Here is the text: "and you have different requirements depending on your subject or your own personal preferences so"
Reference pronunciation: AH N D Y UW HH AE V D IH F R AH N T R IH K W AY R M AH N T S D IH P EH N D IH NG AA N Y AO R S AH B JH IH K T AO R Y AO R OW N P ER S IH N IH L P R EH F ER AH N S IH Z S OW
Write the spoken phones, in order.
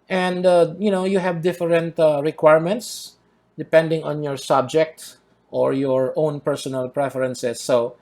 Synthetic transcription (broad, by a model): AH N D Y UW HH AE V D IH F R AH N T R IH K W AY R M AH N T S D IH P EH N D IH NG AA N Y AO R S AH B JH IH K T AO R Y AO R OW N P ER S IH N IH L P R EH F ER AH N S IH S OW